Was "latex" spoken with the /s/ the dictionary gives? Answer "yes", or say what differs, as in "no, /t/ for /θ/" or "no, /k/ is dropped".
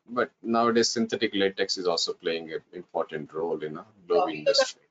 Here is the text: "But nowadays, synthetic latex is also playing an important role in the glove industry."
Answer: yes